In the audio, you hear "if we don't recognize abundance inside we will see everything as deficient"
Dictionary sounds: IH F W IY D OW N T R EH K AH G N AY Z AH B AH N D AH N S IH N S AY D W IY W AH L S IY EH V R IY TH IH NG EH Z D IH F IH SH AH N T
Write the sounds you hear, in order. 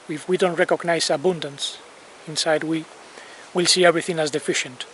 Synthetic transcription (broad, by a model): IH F W IY D OW N T R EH K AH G N AY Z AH B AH N D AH N S IH N S AY D W IY W AH L S IY EH V R IY TH IH NG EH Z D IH F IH SH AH N T